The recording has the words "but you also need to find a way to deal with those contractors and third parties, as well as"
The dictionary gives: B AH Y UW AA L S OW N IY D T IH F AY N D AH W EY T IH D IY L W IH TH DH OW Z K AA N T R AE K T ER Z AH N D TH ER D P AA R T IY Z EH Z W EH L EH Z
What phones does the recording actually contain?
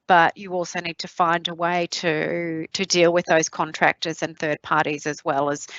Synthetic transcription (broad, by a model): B AH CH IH AA L S OW N IY D T IH F AY N D AH W EY T IH D IY L W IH DH OW Z K AA N T R AE K T ER Z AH N TH ER D P AA R T IY Z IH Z W EH L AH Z